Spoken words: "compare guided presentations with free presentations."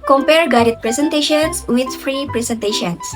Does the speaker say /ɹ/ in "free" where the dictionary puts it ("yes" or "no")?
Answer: yes